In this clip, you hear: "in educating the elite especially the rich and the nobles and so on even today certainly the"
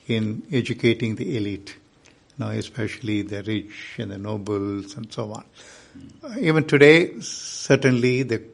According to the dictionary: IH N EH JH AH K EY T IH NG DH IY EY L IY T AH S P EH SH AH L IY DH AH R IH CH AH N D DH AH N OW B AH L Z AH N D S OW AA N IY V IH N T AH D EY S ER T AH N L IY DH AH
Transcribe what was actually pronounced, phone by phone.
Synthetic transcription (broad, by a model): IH N EH JH AH K EY T IH NG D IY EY L IY T AH S P EH SH AH L IY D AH R IH CH AH N D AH N OW B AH L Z AH N D S OW AA N IY V IH N T AH D EY S ER T AH N L IY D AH